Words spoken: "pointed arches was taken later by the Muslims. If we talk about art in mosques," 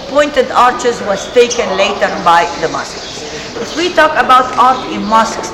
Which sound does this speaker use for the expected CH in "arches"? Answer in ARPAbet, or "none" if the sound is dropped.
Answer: CH